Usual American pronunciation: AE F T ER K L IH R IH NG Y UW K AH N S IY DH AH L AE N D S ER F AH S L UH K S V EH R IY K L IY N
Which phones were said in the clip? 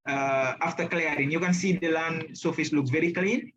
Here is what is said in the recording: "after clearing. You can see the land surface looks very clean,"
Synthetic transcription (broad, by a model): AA F T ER K L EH R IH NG Y UW K AH N S IY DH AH L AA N S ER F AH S L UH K V EH R IY K L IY N